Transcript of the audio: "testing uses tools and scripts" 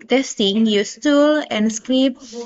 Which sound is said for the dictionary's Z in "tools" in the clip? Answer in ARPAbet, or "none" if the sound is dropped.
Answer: none